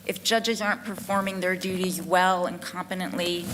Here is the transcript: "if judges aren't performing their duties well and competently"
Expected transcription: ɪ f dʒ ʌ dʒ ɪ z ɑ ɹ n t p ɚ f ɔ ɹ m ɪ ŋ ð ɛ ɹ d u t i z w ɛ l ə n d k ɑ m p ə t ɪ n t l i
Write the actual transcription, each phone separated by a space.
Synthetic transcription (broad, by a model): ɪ f dʒ ʌ dʒ ɪ z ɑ ɹ n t p ɚ f ɔ ɹ m ɪ ŋ ð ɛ ɹ d u t i z w ɛ l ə n k ɑ m p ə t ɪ n t l i